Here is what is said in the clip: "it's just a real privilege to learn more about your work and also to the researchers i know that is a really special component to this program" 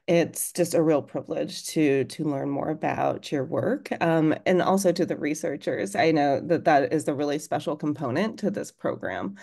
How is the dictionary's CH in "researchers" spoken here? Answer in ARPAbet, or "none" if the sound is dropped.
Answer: CH